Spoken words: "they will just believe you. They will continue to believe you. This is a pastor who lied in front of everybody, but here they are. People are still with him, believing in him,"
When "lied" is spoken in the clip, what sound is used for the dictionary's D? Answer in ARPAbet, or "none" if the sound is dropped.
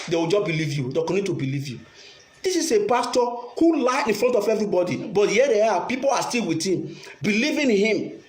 none